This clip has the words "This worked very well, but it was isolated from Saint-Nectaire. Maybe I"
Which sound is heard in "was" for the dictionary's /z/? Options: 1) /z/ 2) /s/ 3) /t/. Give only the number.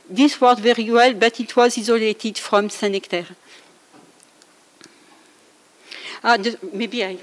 1